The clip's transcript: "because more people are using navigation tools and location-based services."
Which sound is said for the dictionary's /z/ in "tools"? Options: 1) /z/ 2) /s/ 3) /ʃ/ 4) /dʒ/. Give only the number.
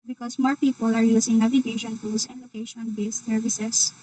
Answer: 2